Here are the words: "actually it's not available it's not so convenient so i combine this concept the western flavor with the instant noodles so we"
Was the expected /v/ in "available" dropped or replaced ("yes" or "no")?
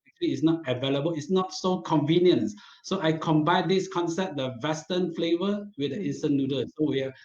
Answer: no